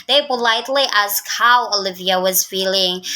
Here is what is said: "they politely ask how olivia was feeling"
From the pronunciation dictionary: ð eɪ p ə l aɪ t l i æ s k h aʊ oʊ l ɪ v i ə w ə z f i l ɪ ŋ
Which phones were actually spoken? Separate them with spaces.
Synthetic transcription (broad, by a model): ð eɪ b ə l aɪ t l i æ s k h aʊ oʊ l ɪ v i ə w ə z f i l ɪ ŋ